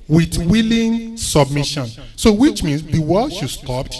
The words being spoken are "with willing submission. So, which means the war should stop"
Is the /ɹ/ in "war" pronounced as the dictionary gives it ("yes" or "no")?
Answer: no